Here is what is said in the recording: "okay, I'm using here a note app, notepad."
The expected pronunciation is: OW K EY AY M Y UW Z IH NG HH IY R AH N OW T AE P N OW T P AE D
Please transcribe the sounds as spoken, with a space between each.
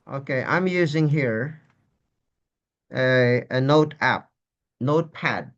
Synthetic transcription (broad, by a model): OW K EY AY M Y UW Z IH NG HH IY R AH N OW T AE P N OW T P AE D